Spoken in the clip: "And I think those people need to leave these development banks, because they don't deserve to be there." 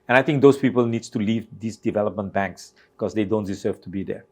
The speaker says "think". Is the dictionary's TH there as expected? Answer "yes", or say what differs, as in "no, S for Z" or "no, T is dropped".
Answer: no, T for TH